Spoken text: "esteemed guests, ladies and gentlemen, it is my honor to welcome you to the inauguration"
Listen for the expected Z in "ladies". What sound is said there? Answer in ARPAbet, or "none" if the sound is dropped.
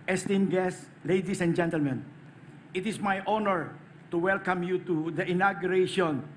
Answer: S